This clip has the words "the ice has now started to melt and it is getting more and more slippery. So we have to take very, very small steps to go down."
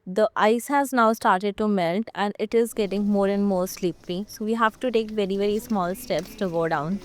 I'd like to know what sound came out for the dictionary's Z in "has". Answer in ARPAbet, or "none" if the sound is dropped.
Z